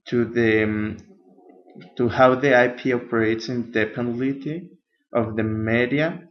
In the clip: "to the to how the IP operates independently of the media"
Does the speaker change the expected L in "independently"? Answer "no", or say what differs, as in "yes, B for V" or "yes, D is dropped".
yes, L is dropped